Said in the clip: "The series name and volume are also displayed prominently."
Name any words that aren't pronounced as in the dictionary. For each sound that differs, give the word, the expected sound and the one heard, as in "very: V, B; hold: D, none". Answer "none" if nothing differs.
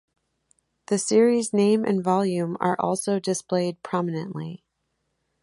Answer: none